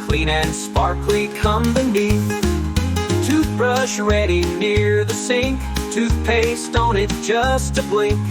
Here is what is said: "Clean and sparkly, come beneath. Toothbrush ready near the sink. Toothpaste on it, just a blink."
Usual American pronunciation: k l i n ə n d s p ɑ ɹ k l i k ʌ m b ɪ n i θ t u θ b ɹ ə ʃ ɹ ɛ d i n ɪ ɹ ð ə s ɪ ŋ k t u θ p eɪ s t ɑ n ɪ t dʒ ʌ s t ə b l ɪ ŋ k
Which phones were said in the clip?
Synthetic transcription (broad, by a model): k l i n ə n s p ɑ ɹ k l i k ʌ m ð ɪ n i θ t u θ b ɹ ə ʃ ɹ ɛ d i n ɪ ɹ ð ə s ɪ ŋ k t u θ p eɪ s t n ɪ t dʒ ʌ s t ə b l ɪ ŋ